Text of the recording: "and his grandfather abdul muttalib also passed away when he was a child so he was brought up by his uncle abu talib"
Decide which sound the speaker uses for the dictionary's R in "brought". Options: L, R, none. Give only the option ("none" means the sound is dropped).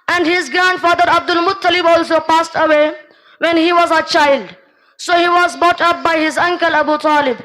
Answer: none